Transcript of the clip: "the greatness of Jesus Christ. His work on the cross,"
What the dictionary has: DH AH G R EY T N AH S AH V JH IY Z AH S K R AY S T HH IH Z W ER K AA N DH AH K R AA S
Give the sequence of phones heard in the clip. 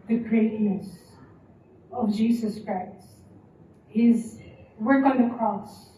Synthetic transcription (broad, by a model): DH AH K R EY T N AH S AH V JH IY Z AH S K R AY S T HH IH Z W ER K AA N DH AH K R AA S